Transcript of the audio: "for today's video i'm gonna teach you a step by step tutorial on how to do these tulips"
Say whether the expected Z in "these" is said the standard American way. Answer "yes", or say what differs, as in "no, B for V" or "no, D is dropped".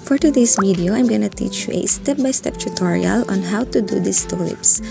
no, S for Z